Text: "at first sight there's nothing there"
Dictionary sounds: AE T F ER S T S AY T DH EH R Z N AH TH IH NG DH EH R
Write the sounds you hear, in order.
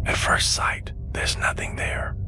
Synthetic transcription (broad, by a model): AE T F ER S T S AY T DH EH R Z N AH TH IH NG DH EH R